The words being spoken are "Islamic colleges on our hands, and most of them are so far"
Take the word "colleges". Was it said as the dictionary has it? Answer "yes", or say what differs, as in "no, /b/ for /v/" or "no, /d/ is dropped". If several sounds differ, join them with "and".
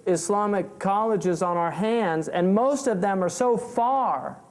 yes